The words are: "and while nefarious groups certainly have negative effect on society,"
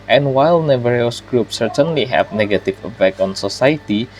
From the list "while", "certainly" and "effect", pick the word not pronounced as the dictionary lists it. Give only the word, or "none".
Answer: effect